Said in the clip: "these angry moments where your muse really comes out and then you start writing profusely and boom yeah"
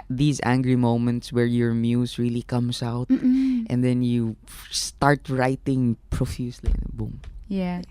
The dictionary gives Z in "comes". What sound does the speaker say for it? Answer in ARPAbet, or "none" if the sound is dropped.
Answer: S